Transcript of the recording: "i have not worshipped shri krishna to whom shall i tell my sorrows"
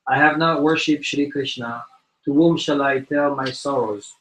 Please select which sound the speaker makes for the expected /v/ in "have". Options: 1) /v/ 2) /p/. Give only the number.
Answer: 1